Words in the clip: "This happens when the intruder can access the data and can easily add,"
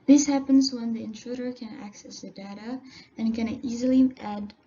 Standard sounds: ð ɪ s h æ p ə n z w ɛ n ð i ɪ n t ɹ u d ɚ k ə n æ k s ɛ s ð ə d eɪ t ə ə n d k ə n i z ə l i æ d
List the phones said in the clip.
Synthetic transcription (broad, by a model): ð ɪ s h æ p ə n z w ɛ n ð i ɪ n t ɹ u d ɚ k ə n æ k s ɛ s ð ə d eɪ t ə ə n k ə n i z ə l i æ d